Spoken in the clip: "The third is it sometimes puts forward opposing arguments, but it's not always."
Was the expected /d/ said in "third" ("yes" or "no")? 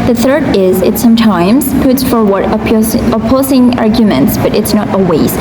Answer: yes